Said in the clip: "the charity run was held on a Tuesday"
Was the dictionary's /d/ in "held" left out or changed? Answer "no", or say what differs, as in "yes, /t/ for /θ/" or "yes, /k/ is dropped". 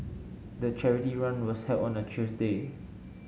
yes, /d/ is dropped